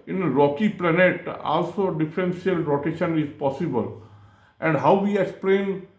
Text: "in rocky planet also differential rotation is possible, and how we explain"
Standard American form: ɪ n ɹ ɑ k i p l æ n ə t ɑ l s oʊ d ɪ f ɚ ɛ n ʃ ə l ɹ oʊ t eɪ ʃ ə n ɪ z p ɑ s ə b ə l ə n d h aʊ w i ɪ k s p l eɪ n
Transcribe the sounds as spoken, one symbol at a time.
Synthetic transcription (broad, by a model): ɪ n ɹ ɑ k i p l æ n ə t ɑ l s oʊ d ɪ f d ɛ n s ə l ɹ oʊ t eɪ ʃ ə n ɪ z p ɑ s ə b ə l ə n d h aʊ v i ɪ k s p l eɪ n